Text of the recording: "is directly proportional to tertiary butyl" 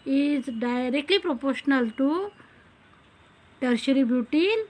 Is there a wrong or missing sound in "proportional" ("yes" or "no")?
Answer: no